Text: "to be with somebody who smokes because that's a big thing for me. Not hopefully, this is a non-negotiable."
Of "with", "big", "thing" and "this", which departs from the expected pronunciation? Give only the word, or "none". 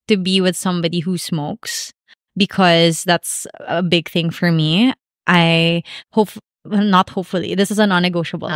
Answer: none